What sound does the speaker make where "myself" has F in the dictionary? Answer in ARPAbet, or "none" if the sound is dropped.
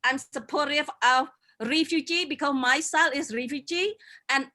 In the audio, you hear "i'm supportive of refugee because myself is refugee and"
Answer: none